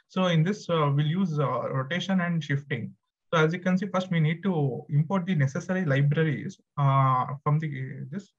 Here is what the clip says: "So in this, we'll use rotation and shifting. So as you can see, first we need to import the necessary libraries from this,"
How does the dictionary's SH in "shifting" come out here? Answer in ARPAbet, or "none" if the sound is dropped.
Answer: SH